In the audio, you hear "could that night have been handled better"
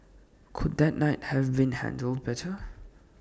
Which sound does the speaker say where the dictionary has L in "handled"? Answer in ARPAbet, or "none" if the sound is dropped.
L